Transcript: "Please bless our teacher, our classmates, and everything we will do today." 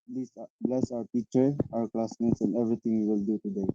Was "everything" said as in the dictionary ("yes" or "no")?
no